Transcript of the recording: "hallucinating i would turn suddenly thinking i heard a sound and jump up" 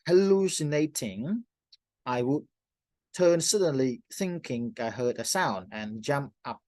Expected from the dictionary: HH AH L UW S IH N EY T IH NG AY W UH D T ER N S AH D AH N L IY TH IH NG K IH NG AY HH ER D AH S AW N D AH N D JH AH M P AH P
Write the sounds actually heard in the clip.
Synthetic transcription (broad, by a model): HH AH L UW S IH N EY T IH NG AY W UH D T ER N S AH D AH N L IY TH IH NG K IH NG AY HH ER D AH S AW N D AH N JH AH M P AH P